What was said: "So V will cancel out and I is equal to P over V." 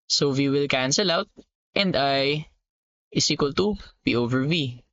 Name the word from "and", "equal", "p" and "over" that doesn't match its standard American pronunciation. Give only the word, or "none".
p